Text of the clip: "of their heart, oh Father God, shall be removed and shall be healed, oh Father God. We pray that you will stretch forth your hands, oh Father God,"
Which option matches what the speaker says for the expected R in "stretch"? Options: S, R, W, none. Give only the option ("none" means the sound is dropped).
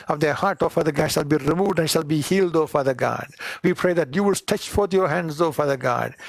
none